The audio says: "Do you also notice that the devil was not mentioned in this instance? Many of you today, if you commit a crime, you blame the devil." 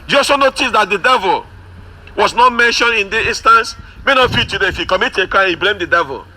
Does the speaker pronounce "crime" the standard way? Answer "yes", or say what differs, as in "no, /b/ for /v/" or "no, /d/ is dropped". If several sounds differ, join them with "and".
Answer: no, /ɹ/ is dropped